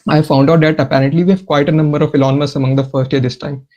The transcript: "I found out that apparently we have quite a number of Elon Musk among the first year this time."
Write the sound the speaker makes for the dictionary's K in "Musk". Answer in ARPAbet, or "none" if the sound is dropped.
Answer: none